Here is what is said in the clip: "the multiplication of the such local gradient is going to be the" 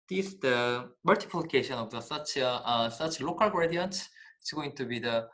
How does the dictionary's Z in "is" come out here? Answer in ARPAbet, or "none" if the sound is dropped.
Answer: S